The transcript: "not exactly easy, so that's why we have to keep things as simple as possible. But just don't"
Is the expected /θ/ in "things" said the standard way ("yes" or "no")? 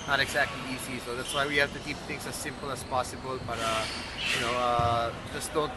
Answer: no